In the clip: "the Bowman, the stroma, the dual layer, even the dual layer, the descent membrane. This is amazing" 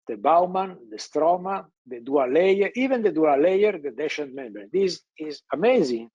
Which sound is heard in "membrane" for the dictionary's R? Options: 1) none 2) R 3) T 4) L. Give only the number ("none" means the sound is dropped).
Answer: 1